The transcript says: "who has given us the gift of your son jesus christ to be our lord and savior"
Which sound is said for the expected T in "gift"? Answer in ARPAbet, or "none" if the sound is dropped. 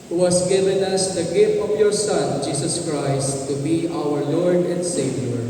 none